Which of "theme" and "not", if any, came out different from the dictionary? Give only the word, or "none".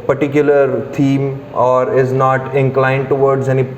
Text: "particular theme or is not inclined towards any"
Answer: theme